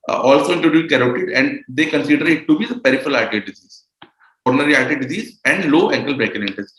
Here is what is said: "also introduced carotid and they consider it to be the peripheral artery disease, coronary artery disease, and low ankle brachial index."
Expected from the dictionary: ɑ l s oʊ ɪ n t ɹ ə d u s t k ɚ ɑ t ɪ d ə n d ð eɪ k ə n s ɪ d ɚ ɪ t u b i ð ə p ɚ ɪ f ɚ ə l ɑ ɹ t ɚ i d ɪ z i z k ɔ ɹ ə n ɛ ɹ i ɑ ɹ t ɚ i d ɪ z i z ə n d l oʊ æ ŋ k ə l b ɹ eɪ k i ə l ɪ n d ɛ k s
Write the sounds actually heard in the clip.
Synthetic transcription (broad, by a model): ɑ l s oʊ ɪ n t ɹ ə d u t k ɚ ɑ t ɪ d ə n d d eɪ k ə n s ɪ d ɚ ɪ t u b i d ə p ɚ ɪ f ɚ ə l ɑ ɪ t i d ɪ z i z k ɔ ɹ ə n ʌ ɹ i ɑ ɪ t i d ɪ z i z ə n d l oʊ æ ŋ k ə l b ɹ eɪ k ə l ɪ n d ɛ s